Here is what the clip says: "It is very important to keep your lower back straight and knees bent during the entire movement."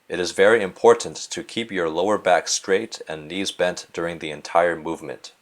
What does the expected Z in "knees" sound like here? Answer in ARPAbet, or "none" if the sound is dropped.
Z